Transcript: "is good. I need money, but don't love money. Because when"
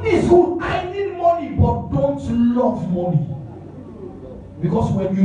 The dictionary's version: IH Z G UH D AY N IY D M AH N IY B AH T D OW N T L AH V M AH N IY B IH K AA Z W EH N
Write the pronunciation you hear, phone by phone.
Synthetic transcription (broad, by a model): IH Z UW AY N IY D M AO N IY B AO T D OW N T L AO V M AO N IY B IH K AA S W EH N